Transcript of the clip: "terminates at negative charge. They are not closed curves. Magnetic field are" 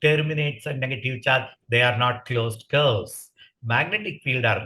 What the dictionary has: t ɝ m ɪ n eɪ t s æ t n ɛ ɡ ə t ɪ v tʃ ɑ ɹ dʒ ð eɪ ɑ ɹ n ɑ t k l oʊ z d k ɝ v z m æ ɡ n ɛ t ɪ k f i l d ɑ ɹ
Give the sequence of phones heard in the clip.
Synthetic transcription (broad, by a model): t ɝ m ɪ n eɪ t s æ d n ɛ ɡ ə t ɪ v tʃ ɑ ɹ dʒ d eɪ ɑ ɹ n ɑ t k l oʊ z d k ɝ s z m æ ɡ n ɛ t ɪ k f i l d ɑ ɹ